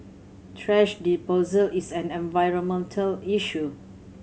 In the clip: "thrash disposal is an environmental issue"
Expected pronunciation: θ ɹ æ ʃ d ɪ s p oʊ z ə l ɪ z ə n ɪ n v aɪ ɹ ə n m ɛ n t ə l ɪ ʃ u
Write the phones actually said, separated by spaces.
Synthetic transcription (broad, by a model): t ɹ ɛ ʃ d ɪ p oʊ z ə l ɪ s ə n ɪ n v aɪ ɹ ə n m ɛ n t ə l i ʃ u